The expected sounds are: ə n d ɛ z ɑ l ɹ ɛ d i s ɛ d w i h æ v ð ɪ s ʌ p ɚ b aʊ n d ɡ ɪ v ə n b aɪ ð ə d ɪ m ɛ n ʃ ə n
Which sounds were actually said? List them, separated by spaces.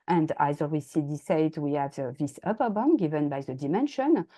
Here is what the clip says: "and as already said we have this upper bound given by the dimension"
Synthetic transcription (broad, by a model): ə n d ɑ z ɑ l w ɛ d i s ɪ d w i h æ v ð ɪ s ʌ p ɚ b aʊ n ɡ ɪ v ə n b aɪ ð ə d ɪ m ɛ n ʃ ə n